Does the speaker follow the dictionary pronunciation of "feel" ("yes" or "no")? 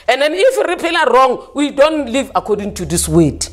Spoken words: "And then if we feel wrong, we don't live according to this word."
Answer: no